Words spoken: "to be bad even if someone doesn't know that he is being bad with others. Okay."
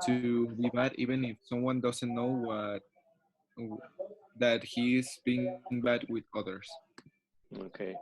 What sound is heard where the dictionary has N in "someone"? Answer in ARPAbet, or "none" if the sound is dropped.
N